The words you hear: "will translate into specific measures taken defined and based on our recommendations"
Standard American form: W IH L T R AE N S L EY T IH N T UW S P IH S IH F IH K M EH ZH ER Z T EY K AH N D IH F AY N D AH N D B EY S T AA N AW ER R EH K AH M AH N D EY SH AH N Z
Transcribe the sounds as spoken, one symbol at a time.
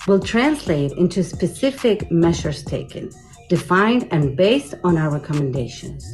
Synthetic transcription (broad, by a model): W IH L T R AE N S L EY T IH N T UW S P IH S IH F IH K M EH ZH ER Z T EY K AH N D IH F AY N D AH N B EY S T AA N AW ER R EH K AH M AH N D EY SH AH N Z